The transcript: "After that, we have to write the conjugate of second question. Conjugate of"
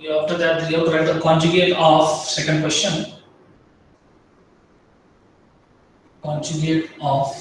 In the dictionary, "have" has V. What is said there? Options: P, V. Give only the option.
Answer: P